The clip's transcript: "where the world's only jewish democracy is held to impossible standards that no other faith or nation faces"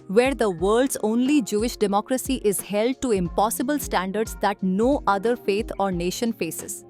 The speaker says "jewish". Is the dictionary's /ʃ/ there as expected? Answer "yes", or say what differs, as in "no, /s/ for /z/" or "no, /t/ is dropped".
yes